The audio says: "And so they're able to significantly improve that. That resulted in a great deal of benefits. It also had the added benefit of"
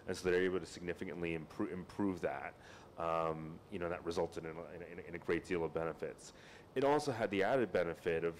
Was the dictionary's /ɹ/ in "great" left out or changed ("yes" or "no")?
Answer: no